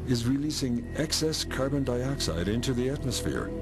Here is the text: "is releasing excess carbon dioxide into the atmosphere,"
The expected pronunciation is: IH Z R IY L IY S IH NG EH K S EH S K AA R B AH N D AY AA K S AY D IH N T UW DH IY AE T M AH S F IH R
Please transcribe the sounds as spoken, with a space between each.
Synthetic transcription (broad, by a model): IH Z R IY L IY S IH NG EH K S EH S K AA R B AH N D AY AA K S AY D IH N T UW DH IY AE T M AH S F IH R